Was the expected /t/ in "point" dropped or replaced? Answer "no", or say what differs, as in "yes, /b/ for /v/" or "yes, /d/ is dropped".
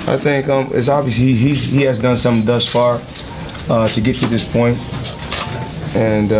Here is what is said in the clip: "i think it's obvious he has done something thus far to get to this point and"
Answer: no